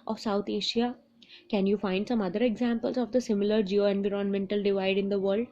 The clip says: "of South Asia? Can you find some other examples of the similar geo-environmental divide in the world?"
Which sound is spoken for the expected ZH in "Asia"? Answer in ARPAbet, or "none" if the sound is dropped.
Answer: SH